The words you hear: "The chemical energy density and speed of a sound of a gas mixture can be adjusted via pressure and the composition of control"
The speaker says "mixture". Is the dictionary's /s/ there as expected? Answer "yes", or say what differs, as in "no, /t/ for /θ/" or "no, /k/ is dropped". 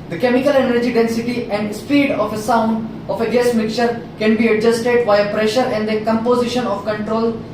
no, /s/ is dropped